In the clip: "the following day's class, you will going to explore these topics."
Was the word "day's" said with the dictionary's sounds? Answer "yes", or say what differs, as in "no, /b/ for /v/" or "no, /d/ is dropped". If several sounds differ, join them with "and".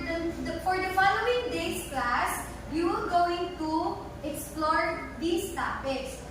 no, /s/ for /z/